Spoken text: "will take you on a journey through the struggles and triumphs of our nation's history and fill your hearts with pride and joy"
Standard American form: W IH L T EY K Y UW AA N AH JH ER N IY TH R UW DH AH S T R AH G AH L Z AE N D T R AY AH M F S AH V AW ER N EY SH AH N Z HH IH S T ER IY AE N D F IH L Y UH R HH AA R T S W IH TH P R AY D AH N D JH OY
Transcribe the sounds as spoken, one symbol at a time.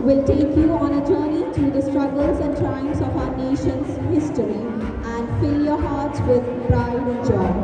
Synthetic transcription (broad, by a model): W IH L T EY K Y UW AA N AH JH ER N IY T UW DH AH S T R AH G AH L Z AE N D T AY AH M S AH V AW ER N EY SH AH N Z HH IH S T ER IY AE N D F IH L Y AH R HH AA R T S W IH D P R AY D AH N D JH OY